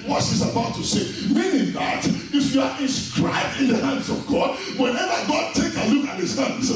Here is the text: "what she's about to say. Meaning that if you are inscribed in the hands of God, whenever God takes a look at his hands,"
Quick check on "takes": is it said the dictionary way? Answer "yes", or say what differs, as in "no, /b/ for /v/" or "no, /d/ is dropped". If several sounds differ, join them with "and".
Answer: no, /s/ is dropped